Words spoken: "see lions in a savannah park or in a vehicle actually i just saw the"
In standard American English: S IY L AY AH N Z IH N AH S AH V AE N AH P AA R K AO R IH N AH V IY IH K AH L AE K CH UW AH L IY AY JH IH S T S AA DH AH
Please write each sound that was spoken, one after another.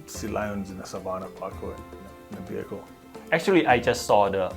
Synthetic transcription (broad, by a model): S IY L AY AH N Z IH N AH S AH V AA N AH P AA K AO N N AH B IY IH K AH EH K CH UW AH L IY AY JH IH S S AA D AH